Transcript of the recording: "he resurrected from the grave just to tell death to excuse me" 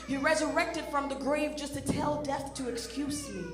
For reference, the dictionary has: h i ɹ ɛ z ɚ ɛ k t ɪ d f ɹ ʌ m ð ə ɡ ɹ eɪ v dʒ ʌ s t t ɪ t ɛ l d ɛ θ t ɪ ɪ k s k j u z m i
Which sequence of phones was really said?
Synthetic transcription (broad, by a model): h i ɹ ɛ z ɚ ɛ k t ɪ d f ɹ ʌ m ð ə ɡ ɹ eɪ v dʒ ʌ s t t ɪ t ɛ l d ɛ θ t ɪ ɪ k s k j u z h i